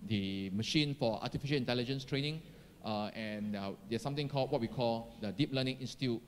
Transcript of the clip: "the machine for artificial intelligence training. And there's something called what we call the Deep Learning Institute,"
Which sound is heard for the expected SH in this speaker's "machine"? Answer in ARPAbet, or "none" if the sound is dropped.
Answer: SH